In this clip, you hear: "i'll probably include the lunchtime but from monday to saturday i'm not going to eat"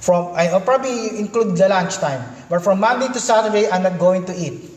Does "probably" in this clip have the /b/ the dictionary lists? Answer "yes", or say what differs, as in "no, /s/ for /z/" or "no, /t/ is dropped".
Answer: yes